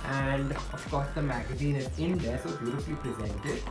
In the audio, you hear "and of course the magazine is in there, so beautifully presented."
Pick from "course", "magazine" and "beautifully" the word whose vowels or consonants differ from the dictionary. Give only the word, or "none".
beautifully